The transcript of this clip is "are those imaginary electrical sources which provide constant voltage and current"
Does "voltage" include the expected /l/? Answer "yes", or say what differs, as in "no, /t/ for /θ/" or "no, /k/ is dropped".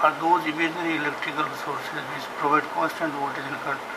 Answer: no, /l/ is dropped